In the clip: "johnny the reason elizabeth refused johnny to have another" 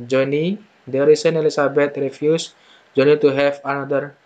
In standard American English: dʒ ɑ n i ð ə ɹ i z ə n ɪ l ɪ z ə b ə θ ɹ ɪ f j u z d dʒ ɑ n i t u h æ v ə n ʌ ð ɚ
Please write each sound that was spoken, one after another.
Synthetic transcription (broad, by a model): dʒ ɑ n i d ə ɹ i s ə n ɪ l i s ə b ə t ɹ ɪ f j u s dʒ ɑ n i t u h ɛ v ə n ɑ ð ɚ